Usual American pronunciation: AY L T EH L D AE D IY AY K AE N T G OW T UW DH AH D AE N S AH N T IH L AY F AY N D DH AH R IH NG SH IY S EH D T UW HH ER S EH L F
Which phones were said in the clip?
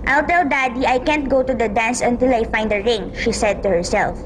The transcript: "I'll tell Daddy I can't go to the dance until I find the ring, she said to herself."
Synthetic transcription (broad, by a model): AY L T EH L D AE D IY AY K AE N T G OW T UW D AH D AE N S AH N T IH L AY F AY N D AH R IH NG SH IY S EH D T UW HH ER S EH L F